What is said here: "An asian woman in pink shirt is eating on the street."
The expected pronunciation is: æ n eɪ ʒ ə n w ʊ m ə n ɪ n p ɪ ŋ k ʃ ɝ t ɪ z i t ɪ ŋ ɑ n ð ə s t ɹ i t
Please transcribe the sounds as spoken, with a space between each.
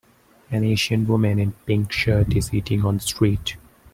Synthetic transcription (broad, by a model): æ n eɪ ʃ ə n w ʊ m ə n ɪ n p ɪ ŋ k ʃ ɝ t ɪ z i t ɪ ŋ ɑ n s t ɹ i t